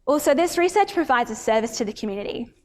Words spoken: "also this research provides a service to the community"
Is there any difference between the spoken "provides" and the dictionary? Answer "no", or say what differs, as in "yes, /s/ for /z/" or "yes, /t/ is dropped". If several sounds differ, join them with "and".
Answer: no